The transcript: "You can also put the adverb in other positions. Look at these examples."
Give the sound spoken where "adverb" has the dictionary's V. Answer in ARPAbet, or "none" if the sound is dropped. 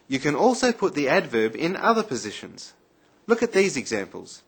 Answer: V